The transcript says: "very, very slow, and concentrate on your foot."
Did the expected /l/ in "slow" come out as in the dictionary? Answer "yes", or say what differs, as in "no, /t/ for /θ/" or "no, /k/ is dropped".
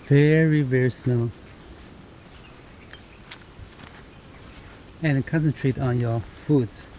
no, /n/ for /l/